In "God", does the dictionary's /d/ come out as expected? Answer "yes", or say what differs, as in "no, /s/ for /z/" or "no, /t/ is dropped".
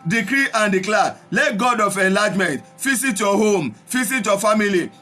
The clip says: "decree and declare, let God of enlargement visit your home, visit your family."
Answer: yes